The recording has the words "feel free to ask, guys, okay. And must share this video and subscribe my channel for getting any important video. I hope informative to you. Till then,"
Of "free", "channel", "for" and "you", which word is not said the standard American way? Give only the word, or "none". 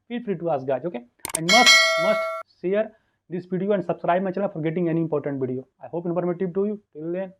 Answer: channel